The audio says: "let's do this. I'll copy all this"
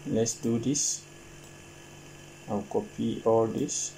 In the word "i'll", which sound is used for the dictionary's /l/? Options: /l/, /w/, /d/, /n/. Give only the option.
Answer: /w/